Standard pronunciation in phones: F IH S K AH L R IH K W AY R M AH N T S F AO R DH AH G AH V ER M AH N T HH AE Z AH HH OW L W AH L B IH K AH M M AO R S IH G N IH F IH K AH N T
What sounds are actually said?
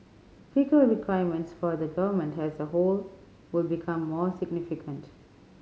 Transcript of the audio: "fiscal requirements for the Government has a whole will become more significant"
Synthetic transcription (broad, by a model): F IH K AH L R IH K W AY M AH N T S F AO R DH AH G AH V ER M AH N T HH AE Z AH HH OW L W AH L B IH K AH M M AO R S IH G N IH F IH K AH N T